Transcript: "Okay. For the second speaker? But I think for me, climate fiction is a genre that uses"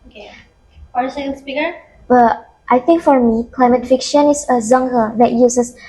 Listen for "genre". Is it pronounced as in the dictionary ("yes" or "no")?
no